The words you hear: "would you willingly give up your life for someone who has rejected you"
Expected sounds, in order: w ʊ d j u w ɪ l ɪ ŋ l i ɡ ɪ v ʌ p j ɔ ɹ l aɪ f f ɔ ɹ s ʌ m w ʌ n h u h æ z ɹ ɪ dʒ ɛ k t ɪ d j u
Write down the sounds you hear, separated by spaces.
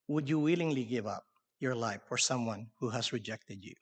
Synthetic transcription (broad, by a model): w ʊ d j u w ɪ l ɪ ŋ l i ɡ ɪ v ʌ p j ɔ ɹ l aɪ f f ɔ ɹ s ʌ m w ʌ n h u h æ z ɹ ɪ dʒ ɛ k t ɪ d j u